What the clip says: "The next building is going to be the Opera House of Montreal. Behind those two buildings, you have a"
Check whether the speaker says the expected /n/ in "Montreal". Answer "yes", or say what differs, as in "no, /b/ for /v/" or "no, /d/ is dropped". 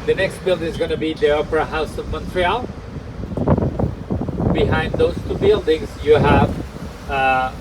yes